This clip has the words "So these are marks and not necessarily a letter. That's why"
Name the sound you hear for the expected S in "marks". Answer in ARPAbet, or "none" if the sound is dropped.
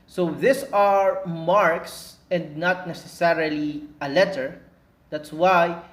S